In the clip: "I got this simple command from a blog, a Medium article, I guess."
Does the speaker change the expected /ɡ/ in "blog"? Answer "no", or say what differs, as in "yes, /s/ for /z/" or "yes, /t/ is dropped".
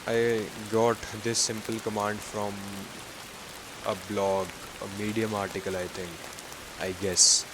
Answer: no